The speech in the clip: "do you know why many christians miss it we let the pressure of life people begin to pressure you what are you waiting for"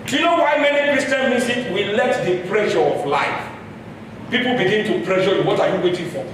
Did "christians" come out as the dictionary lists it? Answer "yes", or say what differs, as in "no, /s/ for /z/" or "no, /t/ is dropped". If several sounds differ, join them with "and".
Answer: no, /z/ is dropped